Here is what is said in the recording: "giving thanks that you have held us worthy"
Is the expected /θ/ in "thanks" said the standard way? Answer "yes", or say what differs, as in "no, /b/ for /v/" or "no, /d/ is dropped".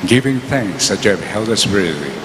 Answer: yes